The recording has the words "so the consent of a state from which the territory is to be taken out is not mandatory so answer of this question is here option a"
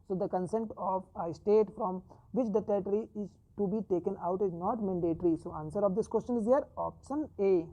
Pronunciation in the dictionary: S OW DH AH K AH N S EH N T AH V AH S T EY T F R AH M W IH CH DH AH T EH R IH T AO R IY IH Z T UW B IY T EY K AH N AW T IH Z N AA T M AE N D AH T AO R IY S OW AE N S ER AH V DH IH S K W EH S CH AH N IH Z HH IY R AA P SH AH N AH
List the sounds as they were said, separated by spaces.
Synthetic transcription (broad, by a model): S OW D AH K AH N S EH N T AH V AH S T EY T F R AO M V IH CH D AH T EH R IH T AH R IY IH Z T UW B IY T EY K AH N AW T IH Z N AA T M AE N D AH T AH R IY S OW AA N S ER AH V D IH S K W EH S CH AH N IH Z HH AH R AA P SH AH N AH